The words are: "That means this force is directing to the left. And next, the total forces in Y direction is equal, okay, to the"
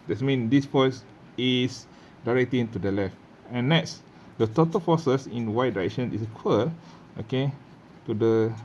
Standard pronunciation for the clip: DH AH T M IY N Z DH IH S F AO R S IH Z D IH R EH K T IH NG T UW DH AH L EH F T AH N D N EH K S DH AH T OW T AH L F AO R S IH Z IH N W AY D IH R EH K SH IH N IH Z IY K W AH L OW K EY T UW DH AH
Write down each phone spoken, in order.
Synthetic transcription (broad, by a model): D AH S M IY N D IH S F AO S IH S D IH R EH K T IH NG T UW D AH L EH F T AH N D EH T S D AH T OW T AH L F AO S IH S IH N W AY D IH R EH K SH IH N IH S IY K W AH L OW K EY T UW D AH